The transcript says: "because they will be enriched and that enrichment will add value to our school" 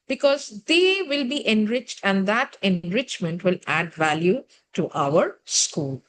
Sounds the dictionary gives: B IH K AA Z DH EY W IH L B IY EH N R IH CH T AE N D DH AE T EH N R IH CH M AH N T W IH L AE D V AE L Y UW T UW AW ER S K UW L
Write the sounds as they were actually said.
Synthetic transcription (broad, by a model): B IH K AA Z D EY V IH L B IY EH N R IH CH T AE N D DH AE T EH N R IH CH M AH N T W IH L AE D V AE L Y UW T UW AW ER S K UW L